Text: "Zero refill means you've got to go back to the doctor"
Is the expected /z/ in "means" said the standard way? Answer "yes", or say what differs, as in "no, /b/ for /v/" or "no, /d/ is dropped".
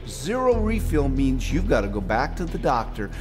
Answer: yes